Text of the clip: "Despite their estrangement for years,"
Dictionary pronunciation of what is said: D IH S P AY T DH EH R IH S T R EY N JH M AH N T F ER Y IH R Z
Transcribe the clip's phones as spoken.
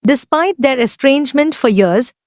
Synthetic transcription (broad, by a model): D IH S P AY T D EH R IH S T R EY N JH M AH N T F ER Y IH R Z